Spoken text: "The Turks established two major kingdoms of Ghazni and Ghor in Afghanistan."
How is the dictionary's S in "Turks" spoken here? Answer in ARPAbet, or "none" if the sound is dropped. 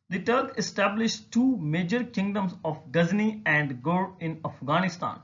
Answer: none